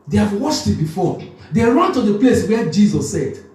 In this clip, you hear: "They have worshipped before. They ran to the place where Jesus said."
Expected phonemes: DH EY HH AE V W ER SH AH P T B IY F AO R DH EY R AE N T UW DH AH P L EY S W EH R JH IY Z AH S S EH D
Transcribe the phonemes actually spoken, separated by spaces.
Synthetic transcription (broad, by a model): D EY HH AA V W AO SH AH T B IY F AO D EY R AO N T UW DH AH P L EY S W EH JH IY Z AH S S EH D